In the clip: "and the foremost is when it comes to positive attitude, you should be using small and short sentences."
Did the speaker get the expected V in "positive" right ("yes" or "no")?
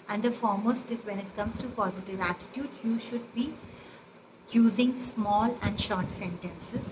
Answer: yes